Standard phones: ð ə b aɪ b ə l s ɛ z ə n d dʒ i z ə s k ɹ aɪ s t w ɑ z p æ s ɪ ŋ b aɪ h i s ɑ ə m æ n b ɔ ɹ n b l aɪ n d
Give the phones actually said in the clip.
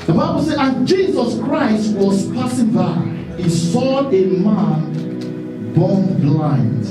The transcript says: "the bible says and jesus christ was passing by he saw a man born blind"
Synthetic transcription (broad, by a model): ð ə b aɪ b ə l s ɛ ə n dʒ i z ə s k ɹ aɪ s t w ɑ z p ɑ s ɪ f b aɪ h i s ɑ ə m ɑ n b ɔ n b l aɪ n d